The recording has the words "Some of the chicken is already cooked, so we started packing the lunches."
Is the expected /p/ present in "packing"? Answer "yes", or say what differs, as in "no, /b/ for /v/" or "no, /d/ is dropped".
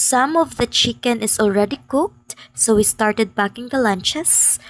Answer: no, /b/ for /p/